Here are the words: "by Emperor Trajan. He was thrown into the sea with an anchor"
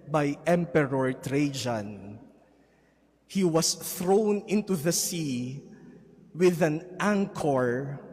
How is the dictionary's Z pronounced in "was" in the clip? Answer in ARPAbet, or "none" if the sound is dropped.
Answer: S